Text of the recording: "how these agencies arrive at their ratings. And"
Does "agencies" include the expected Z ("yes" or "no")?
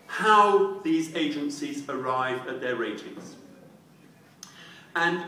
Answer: yes